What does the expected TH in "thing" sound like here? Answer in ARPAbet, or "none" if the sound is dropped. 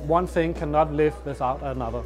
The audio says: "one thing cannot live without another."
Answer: TH